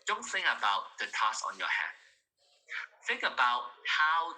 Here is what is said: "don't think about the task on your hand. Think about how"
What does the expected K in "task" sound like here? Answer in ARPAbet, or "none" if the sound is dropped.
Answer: none